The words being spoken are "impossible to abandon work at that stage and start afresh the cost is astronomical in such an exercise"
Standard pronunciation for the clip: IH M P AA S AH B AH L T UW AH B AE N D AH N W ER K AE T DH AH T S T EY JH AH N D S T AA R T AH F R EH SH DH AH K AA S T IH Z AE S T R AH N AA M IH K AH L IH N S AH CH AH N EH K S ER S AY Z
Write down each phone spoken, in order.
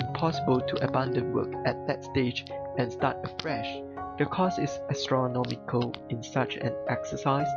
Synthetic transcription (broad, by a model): P AA S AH B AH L T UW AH B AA N D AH N W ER K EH T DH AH T S T EY JH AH N S T AA T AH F R EH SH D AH K AA S IH S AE S T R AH N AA M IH K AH L IH N S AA CH AH N EH K S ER S AY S